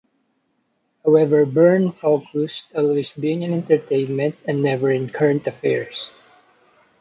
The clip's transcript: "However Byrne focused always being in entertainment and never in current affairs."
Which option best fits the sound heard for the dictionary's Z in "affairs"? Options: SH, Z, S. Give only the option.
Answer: S